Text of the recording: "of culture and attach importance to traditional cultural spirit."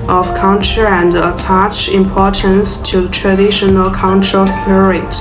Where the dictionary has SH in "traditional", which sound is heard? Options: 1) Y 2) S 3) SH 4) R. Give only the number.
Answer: 3